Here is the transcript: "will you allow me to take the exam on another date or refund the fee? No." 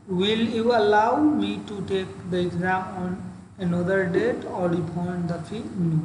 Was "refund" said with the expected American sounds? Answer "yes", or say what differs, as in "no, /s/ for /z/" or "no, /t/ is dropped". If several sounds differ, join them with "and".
no, /l/ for /ɹ/ and /p/ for /f/